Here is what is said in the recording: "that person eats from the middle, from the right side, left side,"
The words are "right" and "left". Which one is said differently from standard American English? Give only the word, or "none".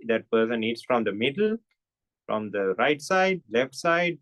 none